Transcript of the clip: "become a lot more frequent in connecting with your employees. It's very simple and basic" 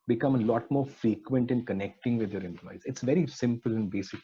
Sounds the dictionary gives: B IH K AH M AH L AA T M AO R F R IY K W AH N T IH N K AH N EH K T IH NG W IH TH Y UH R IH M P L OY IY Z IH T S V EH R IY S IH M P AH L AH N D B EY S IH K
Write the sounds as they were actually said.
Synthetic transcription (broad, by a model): B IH K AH M AH L AA T M AO R F R IY K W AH N T IH N K AH N EH K T IH NG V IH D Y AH R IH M P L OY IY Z IH T S V EH R IY S IH M P AH L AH N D B EY S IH K